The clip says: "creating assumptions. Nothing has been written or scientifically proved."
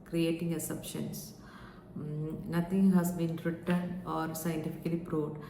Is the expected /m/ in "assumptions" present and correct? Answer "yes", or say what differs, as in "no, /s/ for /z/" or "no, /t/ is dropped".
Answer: no, /m/ is dropped